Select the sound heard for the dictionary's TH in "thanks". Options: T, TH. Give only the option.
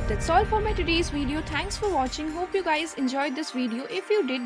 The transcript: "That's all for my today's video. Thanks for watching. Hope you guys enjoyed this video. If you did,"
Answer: T